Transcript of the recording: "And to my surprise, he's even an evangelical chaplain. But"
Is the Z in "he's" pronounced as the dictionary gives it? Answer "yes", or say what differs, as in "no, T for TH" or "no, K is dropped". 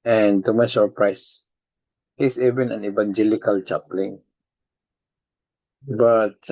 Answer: no, S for Z